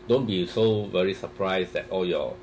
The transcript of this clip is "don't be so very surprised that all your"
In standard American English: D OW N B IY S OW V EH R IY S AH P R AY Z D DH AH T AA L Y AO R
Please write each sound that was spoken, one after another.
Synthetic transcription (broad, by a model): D OW N B IY S OW V EH R IY S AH P R AY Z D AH T AA L Y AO